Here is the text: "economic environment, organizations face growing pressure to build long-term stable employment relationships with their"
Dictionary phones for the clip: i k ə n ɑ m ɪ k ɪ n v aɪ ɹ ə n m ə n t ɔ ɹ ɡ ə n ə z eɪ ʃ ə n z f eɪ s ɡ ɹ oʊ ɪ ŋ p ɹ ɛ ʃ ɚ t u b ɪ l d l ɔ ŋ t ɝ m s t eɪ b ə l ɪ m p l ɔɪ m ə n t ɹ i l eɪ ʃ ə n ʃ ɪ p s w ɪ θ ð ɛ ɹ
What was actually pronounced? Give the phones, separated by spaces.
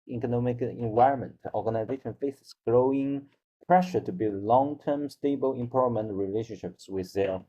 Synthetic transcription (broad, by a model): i k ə n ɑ m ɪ k ɪ n v aɪ ɹ ə n m ə n t ɔ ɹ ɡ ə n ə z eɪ ʃ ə n f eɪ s ɡ ɹ oʊ ɪ ŋ p ɹ ɛ ʃ ɚ t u b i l l ɔ ŋ t ɝ m s t eɪ b ə l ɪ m p ɔɪ m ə n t ɹ i l eɪ ʃ ə n ʃ ɪ p s w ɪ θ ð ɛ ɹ